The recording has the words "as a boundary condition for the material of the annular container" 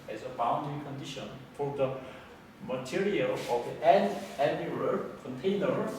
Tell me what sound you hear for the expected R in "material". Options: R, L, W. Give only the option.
R